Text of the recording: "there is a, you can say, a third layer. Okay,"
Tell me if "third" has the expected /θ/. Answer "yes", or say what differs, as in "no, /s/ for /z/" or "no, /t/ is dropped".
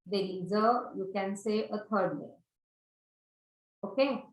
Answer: no, /t/ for /θ/